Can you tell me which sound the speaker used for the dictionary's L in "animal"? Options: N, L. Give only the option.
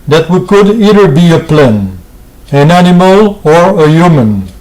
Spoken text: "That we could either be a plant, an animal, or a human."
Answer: L